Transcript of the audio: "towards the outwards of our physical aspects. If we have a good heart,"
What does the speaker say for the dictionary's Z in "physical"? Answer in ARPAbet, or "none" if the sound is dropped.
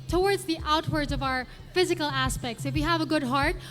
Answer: Z